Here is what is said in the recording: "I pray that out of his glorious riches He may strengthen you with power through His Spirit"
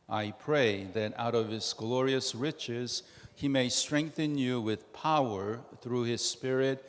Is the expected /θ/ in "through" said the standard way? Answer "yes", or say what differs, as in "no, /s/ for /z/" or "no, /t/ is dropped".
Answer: yes